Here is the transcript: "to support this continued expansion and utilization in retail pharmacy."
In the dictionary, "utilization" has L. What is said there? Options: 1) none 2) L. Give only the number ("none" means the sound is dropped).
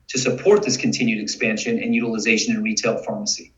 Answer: 2